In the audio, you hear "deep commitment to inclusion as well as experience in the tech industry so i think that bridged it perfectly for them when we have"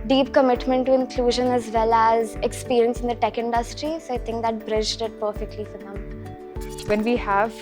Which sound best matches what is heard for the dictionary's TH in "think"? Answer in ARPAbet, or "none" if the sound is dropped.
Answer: T